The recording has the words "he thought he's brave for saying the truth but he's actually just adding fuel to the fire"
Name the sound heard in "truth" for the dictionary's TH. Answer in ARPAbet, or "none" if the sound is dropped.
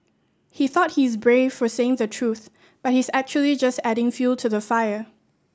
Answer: TH